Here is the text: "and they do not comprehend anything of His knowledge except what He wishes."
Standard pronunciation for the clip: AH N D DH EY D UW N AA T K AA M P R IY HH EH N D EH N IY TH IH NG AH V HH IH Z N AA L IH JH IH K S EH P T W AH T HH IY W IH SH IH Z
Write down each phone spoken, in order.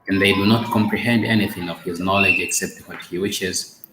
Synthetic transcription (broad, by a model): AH N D DH EY D UW N AA T K AA M P R IY HH EH N D EH N IY TH IH NG AH V HH IH Z N AA L IH JH IH K S EH P T W AH T HH IY W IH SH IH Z